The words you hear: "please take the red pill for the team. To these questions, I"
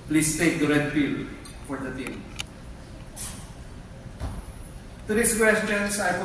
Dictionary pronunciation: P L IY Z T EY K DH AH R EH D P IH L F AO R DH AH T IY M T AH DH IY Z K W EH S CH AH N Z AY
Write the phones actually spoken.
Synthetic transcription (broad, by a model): P L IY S T EY K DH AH R EH D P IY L F AO R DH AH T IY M T AH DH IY S K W EH S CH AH N S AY